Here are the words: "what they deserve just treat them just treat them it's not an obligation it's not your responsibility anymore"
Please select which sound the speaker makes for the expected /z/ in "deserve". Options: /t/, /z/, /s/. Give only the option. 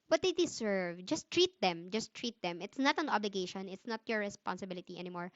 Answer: /s/